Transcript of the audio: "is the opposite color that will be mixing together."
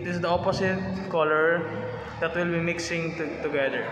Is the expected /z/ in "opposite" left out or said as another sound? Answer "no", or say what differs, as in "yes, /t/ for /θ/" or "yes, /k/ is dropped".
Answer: yes, /s/ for /z/